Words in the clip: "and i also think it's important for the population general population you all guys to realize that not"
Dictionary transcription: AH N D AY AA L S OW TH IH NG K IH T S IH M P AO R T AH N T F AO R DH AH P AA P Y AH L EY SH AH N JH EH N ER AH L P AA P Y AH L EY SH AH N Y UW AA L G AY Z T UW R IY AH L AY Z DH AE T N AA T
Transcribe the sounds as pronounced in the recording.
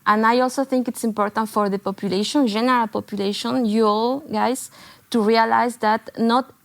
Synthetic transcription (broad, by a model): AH N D AY AA L S OW TH IH NG K IH T S IH M P AO R T AH N T F AO R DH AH P AA P Y AH L EY SH AH N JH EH N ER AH L P AA P Y AH L EY SH AH N Y UW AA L G AY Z T UW R IY AH L AY Z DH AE T N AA T